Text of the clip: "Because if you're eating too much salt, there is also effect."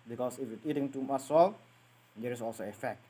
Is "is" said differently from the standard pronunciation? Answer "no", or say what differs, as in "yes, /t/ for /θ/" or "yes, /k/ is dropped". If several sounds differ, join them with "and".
yes, /s/ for /z/